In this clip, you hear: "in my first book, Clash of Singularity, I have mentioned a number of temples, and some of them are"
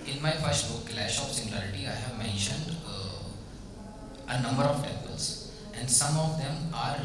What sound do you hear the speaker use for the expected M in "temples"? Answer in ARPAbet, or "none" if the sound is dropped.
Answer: none